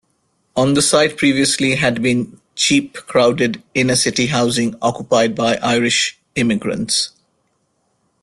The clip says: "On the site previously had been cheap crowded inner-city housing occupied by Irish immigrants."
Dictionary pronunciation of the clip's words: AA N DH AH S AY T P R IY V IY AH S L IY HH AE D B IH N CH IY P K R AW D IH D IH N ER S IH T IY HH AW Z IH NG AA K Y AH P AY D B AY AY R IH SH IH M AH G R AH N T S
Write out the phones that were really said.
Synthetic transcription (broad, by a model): AA N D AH S AY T P R IY V IY AH S L IY HH AE D B IH N CH IY P K R AW D IH D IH N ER S IH T IY HH AW Z IH NG AA K Y AH P AY D B AY AY R IH SH IH M AH G R AH N T S